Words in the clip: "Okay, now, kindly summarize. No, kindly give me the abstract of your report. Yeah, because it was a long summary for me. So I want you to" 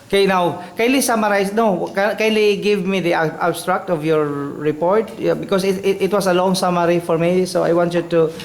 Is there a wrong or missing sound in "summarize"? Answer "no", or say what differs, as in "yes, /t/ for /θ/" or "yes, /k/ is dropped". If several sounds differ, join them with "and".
yes, /s/ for /z/